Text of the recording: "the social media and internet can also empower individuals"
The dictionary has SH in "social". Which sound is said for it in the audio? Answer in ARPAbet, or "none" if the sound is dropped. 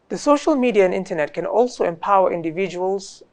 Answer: SH